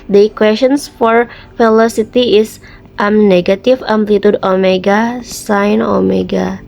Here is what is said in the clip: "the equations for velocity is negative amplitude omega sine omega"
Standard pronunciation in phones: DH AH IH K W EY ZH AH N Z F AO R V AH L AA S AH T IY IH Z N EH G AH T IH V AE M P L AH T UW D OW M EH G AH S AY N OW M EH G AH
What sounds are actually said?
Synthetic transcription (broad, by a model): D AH K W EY S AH N S F AO R F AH L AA S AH T IY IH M N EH G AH T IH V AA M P L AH T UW D OW M EH G AH S AY N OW M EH G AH